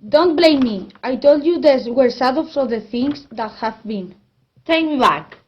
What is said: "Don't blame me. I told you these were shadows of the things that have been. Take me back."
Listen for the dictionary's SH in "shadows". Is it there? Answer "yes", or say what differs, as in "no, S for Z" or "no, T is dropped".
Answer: no, S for SH